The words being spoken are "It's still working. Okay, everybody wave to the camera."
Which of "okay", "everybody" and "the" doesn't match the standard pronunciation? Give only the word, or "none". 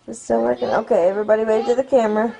none